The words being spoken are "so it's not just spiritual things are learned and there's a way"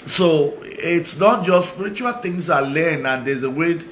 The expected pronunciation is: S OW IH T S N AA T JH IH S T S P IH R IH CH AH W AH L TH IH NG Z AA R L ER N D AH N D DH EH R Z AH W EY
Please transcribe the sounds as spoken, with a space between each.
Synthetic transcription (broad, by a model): S OW IH T S N AA T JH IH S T S P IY R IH CH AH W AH L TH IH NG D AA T L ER N AH N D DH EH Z AH W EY